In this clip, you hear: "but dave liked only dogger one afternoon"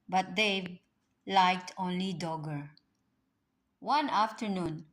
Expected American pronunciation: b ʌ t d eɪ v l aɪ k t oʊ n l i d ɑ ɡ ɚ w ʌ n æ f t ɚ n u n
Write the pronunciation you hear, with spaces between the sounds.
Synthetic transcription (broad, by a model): b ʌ t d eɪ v l aɪ k t oʊ n l i d ɑ ɡ ɚ w ʌ n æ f t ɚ n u n